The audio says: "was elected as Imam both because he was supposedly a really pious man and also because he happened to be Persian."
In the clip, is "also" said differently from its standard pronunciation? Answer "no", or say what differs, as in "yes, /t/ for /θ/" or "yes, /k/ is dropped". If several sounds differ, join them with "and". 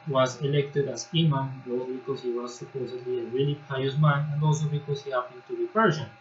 no